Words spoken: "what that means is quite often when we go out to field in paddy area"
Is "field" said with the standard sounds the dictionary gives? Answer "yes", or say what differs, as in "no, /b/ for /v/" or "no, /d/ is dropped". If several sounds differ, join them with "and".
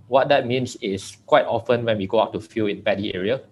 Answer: no, /d/ is dropped